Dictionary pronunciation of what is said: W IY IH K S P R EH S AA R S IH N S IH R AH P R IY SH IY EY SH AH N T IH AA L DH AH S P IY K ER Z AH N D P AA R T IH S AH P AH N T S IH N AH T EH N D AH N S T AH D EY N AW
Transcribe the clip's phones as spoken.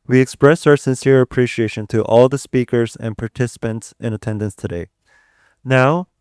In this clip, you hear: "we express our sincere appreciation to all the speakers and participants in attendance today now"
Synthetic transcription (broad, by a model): W IY IH K S P R EH S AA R S IH N S IH R AH P R IY SH IY EY SH AH N T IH AA L DH AH S P IY K ER Z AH N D P AA R T IH S AH P AH N T S IH N AH T EH N D AH N S T AH D EY N AW